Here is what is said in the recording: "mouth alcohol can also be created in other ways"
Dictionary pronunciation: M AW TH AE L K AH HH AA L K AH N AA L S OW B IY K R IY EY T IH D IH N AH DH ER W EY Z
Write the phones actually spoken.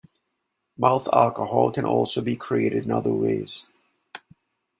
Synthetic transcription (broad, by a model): M AW TH AE L K AH HH AA L K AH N AA L S OW B IY K R IY EY T IH D IH N AH DH ER W EY Z